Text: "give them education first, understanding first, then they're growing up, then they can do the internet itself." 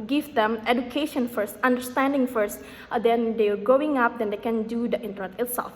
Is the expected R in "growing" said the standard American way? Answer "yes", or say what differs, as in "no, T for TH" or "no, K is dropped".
no, R is dropped